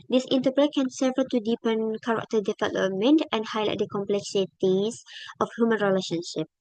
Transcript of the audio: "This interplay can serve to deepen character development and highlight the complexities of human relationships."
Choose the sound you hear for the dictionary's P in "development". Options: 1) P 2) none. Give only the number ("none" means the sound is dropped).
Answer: 2